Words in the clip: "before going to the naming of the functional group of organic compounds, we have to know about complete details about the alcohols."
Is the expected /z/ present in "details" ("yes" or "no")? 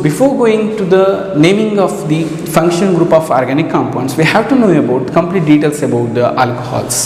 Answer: no